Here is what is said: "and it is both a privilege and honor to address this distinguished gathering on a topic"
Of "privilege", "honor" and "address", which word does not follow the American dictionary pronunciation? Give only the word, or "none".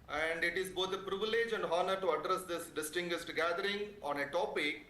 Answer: none